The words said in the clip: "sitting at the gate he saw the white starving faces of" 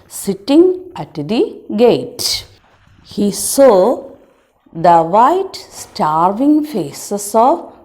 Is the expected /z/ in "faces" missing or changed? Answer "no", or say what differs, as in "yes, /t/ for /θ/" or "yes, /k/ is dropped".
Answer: yes, /s/ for /z/